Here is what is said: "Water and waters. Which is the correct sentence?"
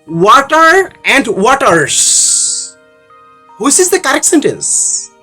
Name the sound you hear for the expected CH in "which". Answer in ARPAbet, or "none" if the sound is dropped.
S